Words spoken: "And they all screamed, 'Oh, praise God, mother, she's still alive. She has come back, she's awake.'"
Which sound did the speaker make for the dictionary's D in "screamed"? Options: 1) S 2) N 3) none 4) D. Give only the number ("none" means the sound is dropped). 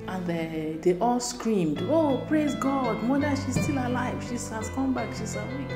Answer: 4